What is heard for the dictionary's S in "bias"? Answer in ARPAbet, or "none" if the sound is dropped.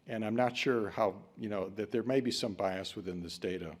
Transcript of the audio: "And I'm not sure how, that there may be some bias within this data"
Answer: S